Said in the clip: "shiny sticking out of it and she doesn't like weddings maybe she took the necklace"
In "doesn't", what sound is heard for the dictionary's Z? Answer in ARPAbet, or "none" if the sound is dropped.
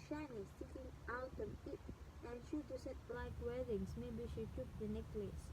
S